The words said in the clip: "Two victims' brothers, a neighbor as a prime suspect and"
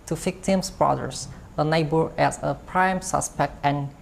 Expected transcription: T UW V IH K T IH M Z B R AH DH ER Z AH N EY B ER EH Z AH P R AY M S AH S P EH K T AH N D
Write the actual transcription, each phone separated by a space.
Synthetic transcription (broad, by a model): T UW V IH K T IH M S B R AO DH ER S AH N EY B ER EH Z AH P R AY M S AH S P EH K T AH N